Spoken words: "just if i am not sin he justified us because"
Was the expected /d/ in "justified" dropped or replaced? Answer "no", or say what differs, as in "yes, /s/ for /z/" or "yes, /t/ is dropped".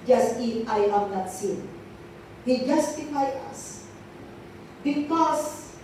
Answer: yes, /d/ is dropped